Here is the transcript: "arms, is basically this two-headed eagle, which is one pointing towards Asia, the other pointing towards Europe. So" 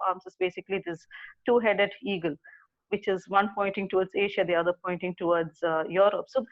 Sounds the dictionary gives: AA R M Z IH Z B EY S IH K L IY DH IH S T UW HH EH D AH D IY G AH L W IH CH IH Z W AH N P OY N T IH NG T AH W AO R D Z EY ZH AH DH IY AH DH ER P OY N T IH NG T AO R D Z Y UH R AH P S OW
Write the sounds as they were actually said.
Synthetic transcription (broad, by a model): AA R M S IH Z B EY S IH K L IY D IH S T UW HH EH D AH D IY G AH L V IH CH IH Z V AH N P OY N T IH NG T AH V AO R D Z EY SH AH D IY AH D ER P OY N T IH NG T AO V D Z Y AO R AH P S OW